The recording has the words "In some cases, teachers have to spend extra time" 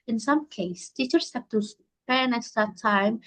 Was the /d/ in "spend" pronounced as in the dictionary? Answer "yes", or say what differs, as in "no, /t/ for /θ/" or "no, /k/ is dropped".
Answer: no, /d/ is dropped